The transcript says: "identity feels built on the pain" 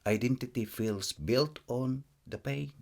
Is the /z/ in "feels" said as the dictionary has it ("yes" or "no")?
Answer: no